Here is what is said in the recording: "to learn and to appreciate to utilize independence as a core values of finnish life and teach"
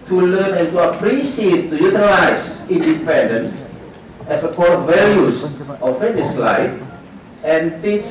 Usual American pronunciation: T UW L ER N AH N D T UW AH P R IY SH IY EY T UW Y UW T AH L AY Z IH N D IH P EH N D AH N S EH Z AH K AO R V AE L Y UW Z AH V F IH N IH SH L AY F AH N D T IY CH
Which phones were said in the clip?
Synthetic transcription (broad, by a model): T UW L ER N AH N T UW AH P R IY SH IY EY T UW Y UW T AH L AY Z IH N D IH P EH N D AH N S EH S AH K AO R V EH L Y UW S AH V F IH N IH S L AY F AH N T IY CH